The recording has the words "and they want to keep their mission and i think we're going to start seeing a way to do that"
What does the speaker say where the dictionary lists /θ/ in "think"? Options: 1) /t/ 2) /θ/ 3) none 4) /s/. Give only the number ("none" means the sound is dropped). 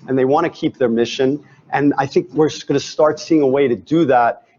2